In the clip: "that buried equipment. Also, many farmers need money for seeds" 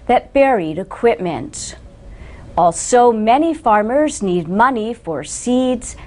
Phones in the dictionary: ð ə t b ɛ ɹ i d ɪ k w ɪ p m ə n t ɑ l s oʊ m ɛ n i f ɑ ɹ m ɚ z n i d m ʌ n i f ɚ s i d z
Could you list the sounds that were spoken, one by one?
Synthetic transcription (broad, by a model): ð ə t b ɛ ɹ i d ɪ k w ɪ p m ə n t ɑ l s oʊ m ɛ n i f ɑ ɹ m ɚ z n i d m ʌ n i f ɚ s i d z